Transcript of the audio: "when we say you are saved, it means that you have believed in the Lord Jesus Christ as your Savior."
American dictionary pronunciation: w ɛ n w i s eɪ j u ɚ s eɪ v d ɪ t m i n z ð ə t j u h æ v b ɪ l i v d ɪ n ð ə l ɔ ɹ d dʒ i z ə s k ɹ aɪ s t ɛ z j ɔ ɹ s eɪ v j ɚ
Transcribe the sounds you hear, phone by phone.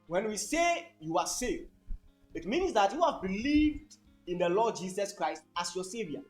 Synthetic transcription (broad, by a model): w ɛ n w i s eɪ j u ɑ s eɪ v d ɪ t m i n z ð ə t j u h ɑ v b ɪ l i v d ɪ n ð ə l ɔ d dʒ i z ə s k ɹ aɪ s t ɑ s j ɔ s eɪ v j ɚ